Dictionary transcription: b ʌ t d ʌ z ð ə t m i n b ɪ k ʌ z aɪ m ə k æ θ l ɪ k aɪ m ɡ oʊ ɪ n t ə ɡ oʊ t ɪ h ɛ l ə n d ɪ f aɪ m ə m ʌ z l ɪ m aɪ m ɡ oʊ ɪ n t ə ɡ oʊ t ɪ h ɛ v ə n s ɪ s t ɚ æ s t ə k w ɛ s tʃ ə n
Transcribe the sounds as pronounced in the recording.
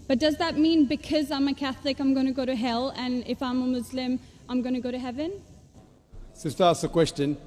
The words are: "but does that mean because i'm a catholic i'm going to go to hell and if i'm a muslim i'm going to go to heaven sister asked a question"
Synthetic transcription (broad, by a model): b ʌ t d ʌ z ð ə t m i n b ɪ k ʌ z aɪ m ə k æ θ l ɪ k aɪ m ɡ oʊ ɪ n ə ɡ oʊ t ɪ h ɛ l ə n ɪ f aɪ m ə m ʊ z l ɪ m aɪ m ɡ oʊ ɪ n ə ɡ oʊ t ɪ h ɛ v ə n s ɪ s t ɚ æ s ə k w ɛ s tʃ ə n